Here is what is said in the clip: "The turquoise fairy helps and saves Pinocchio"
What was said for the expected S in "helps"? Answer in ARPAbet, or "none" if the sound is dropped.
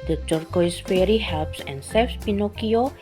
S